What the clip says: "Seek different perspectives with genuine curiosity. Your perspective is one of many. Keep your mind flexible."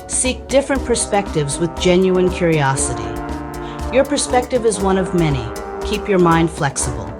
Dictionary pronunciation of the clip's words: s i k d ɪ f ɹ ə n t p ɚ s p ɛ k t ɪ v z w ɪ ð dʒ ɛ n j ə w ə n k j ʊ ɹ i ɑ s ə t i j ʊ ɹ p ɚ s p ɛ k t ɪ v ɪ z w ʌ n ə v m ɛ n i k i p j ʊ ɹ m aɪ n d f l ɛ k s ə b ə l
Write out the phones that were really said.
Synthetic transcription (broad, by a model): s i k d ɪ f ɹ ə n p ɚ s p ɛ k t ɪ v z w ɪ ð dʒ ɛ n j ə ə n k j ʊ ɹ i ɑ s ə t i j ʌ ɹ p ɚ s p ɛ k t ɪ v ɪ z w ʌ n ə v m ɛ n i k i p j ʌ ɹ m aɪ n d f l ɛ k s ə b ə l